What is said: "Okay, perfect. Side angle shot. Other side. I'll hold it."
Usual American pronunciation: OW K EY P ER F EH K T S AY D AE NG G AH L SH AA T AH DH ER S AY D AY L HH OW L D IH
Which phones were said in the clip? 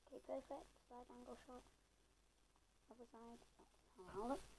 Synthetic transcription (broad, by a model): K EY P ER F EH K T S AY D AE NG G AH L SH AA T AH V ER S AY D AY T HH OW L IH